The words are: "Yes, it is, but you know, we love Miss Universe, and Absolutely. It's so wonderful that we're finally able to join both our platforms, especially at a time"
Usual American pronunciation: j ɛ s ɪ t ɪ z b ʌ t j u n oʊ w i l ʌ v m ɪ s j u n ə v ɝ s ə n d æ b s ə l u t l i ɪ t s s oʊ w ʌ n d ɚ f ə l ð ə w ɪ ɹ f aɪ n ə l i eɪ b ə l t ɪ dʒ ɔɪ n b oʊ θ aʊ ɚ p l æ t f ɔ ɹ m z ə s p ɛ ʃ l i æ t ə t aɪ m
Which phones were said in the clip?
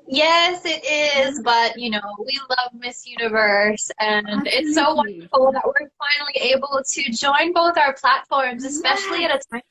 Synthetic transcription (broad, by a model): j ɛ s ɪ t ɪ z b ʌ t j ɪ n oʊ w i l ʌ v m ɪ s j u n ə v ɝ s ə n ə t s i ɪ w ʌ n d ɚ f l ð w ɪ ɹ f aɪ n l i eɪ b l t ɪ dʒ ɔɪ n b oʊ θ aʊ ɚ p l æ t f ɔ ɹ m z ə s p ɛ ʃ l i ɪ t ə t aɪ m